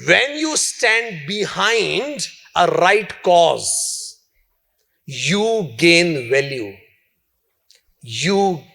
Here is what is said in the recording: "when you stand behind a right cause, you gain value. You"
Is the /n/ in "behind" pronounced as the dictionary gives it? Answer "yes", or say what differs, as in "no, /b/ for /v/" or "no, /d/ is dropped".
yes